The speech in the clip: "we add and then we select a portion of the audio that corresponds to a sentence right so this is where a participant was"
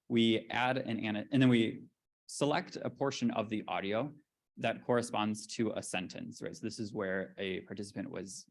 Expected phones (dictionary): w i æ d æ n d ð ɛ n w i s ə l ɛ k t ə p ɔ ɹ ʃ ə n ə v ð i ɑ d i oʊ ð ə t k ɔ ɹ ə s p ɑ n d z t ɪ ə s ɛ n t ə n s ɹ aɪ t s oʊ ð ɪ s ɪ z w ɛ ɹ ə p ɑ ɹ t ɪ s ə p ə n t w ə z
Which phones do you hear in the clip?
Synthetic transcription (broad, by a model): w i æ d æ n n ð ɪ n w i s ə l ɛ k t ə p ɔ ɹ ʃ ə n ə v ð i ɑ d i oʊ ð ə t k ɔ ɹ ə s p ɑ n d z t ɪ ə s ɛ n t ə n s ɹ aɪ t s oʊ ð ɪ s ɪ z w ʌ ɹ ə p ɑ ɹ t ɪ s ə p ə n t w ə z